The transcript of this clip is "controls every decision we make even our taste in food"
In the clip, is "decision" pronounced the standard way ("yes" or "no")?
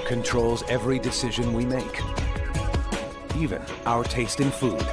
yes